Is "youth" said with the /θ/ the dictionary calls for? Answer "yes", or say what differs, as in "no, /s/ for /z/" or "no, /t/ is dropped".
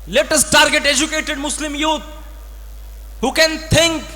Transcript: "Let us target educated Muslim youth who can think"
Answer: no, /t/ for /θ/